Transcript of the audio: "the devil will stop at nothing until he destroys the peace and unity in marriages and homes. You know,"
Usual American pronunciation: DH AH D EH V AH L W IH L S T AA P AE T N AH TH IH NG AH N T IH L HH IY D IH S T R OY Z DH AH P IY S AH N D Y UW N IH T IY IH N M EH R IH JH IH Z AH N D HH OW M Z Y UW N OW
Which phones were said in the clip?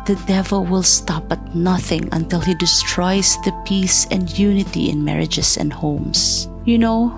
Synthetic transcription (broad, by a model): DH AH D EH V AH L W IH L S T AA P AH T N AH TH IH NG AH N T IH L HH IY D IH S T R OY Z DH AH P IY S AH N D Y UW N IH T IY IH N M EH R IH JH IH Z AH N D HH OW M S Y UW N OW